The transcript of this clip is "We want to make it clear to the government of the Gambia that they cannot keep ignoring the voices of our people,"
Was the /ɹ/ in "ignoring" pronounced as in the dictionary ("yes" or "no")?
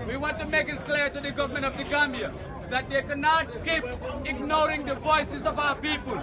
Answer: yes